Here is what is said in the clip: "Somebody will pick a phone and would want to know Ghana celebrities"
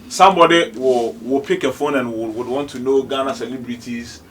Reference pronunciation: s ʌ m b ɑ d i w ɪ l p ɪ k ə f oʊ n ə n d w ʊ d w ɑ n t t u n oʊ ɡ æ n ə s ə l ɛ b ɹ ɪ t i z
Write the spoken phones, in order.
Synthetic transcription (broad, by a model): s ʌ m b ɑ d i w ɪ w p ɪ k ə f oʊ n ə n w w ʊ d w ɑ n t t u n oʊ ɡ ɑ n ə s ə l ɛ b ɹ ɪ t i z